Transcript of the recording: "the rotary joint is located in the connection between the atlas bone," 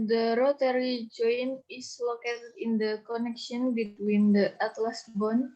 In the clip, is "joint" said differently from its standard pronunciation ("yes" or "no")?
yes